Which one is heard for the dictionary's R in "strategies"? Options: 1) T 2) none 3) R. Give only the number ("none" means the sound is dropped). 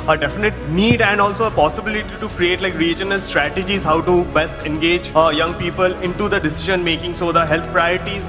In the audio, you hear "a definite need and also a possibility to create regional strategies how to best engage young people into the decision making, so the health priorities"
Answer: 3